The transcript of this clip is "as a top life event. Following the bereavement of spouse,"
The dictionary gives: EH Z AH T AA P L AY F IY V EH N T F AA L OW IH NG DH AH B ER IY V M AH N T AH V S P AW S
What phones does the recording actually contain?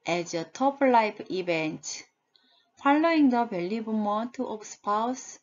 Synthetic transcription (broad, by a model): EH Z AH T AA P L AY P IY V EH N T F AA L OW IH NG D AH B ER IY B M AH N T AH P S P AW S